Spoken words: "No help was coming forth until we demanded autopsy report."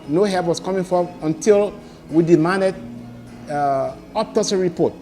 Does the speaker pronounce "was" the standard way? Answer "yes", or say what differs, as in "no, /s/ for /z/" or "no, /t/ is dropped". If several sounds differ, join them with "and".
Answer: no, /s/ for /z/